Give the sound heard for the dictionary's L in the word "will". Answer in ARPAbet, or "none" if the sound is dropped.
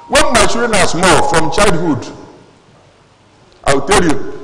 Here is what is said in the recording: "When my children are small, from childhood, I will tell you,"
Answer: W